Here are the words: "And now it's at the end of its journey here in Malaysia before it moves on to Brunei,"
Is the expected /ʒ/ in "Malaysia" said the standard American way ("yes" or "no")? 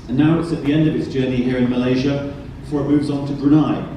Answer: yes